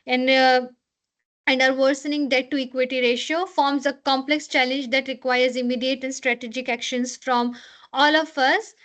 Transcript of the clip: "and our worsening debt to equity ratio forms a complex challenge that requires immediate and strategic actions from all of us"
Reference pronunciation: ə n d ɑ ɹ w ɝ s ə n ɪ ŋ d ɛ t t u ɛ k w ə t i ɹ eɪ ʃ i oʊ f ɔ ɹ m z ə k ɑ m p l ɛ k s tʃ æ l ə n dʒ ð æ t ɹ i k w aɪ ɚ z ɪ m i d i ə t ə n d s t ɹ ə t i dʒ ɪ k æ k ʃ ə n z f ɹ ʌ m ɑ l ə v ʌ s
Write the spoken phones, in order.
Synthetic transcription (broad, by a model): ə n d ɑ ɹ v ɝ s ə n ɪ ŋ d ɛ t t u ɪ k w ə t i ɹ eɪ ʃ i oʊ f ɔ ɹ m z ə k ɑ m p l ɛ k s tʃ æ l ə n dʒ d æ t ɹ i k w aɪ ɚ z ɪ m i d i ə t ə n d s t ɹ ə t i dʒ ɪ k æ k ʃ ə n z f ɹ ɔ m ɑ l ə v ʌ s